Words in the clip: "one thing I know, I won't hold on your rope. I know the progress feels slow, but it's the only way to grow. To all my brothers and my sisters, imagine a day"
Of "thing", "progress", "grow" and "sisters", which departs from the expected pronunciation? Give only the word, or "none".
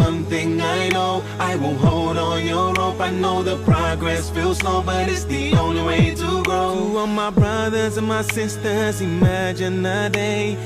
none